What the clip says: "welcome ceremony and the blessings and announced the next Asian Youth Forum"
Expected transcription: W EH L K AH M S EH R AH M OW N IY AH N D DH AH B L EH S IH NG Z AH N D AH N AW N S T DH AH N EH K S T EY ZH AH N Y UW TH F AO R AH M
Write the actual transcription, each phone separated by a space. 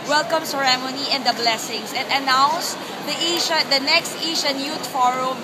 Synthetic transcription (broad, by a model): W EH L K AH M S EH R AH M OW N IY AH N D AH B L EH S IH NG S AH N D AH N AW N S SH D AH N EH K S T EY SH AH N Y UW T F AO R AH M